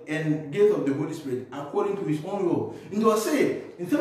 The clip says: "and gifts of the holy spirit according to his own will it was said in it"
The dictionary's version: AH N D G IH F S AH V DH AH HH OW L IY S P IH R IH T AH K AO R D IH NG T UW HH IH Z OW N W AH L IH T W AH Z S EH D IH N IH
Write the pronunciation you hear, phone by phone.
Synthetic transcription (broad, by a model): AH N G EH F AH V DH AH HH OW L IY S P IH R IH T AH K AO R D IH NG T UW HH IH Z OW N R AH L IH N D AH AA S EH IH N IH